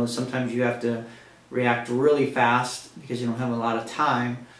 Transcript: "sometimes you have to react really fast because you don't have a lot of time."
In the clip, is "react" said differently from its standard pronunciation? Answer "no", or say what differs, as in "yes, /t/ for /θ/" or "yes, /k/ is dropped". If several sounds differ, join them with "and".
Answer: no